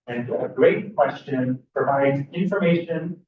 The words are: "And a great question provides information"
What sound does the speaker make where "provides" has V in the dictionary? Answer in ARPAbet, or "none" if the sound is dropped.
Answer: V